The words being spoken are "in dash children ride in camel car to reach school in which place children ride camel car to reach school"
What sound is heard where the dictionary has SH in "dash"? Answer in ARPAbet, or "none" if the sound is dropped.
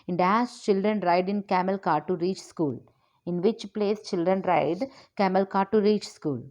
S